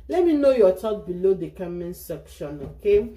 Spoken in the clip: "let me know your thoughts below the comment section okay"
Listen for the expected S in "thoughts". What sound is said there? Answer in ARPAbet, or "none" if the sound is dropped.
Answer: none